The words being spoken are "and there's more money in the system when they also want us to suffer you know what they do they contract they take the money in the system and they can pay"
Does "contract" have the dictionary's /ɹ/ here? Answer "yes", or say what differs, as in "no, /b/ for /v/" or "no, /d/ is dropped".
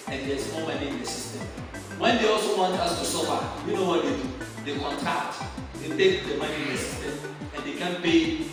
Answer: no, /ɹ/ is dropped